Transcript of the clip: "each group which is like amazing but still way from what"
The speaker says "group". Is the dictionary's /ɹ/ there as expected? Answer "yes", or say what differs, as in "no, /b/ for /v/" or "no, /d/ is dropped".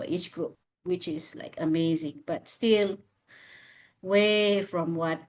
yes